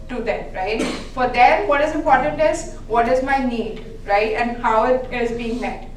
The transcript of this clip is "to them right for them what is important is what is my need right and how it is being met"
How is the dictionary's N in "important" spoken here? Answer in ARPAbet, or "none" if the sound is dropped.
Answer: N